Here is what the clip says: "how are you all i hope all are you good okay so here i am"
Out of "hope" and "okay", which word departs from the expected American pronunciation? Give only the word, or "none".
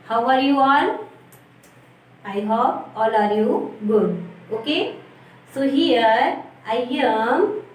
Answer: hope